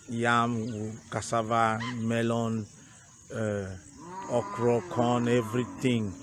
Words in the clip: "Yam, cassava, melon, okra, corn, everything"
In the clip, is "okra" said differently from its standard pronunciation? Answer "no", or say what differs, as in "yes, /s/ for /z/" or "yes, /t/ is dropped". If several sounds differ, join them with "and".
no